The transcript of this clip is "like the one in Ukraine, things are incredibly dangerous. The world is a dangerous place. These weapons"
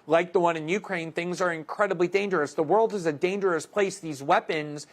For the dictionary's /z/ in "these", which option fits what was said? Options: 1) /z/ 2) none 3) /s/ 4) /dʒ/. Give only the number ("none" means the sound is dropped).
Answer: 1